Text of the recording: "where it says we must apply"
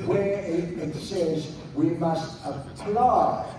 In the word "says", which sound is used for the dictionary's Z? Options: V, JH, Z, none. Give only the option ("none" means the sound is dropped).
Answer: Z